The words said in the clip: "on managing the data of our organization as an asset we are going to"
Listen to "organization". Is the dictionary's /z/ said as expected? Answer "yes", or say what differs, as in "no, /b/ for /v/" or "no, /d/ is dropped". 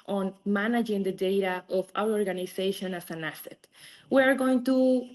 no, /s/ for /z/